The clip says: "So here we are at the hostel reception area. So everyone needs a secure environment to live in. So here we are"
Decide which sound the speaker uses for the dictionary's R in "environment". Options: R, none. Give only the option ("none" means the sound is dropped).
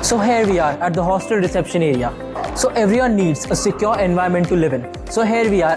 none